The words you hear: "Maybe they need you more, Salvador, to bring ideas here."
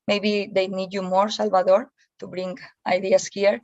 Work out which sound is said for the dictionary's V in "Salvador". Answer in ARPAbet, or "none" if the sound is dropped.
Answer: B